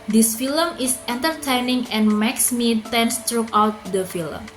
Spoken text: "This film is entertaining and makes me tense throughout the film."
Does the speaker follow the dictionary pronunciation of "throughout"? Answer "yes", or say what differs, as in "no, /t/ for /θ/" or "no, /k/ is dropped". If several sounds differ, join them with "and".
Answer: no, /t/ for /θ/